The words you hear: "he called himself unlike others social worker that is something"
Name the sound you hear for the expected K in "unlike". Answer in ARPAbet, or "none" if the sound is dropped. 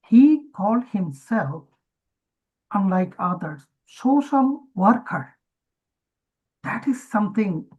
K